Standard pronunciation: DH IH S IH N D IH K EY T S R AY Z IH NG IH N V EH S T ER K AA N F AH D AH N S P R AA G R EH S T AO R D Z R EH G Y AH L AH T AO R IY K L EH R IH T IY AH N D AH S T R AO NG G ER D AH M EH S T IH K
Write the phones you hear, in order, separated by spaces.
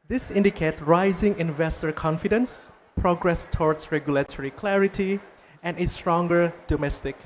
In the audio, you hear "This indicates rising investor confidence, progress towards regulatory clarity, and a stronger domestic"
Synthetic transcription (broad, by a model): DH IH S IH N D IH K EY T S R AY Z IH NG IH N V EH S T ER K AA N F AH D AH N S P R AA G R EH S T AO R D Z R EH G Y AH L AH T AO R IY K L EH R IH T IY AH N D AH S T R AO NG G ER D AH M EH S T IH K